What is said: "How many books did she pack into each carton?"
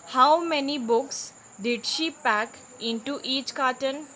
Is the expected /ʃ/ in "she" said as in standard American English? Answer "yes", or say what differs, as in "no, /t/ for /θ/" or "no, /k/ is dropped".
yes